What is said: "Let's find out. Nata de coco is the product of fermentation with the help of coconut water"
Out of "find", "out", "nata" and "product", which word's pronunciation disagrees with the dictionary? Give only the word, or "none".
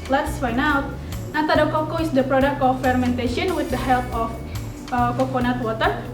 find